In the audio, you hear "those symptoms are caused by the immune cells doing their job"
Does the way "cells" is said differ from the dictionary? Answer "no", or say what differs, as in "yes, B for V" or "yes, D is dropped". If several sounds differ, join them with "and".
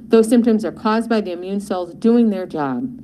no